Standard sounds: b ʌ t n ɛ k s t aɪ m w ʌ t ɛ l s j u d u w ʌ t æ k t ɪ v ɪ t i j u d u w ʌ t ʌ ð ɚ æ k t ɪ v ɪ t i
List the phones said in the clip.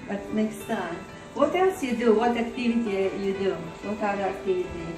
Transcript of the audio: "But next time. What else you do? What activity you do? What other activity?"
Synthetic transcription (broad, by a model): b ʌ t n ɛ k s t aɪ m w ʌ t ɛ s j u d u w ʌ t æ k t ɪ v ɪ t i j u d u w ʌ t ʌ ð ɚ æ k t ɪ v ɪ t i